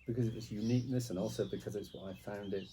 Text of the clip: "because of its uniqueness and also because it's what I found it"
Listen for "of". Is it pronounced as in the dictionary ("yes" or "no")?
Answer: no